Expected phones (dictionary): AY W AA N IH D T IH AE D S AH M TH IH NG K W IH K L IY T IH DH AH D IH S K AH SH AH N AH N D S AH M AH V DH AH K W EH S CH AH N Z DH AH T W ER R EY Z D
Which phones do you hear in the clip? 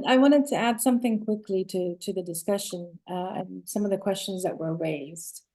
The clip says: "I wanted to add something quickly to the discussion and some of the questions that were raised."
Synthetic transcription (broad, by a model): AY W AA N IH D T IH AE D S AH M TH IH NG K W IH K L IY T IH DH AH D IH S K AH SH AH N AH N S AH M AH V DH AH K W EH S CH AH N Z DH AH T W ER R EY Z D